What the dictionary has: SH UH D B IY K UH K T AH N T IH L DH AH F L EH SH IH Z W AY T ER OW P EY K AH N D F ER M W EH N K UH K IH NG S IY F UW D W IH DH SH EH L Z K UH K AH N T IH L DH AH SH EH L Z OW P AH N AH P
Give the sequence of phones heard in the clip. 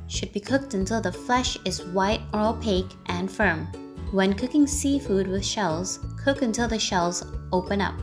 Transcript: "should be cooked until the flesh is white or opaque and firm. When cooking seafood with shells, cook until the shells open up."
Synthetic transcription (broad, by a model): SH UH D B IY K UH K T AH N T IH L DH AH F L EH SH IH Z W AY T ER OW P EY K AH N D F ER M W EH N K UH K IH NG S IY F UW D W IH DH SH EH L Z K UH K AH N T IH L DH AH SH EH L Z OW P AH N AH P